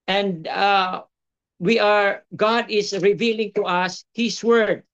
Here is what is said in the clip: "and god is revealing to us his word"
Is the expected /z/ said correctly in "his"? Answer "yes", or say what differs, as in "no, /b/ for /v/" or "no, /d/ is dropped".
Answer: no, /s/ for /z/